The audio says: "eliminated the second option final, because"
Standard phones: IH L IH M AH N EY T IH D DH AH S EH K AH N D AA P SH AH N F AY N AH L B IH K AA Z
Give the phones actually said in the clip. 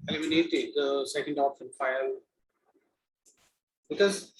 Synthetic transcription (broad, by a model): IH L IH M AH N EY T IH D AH S EH K AH N D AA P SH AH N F AY AH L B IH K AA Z